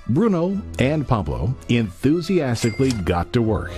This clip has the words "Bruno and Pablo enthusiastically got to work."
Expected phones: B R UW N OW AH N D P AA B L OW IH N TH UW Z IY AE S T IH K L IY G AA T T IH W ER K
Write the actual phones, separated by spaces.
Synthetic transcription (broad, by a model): B R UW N OW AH N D P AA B L OW IH N TH UW Z IY AE S T IH K L IY G AA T T IH W ER K